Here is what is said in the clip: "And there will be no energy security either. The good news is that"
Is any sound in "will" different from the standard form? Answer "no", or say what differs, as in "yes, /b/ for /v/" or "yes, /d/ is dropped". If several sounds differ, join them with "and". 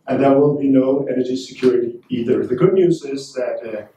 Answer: yes, /n/ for /l/